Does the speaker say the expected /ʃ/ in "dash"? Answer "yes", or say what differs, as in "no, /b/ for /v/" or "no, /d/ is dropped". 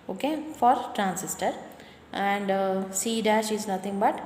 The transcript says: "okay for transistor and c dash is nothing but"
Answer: yes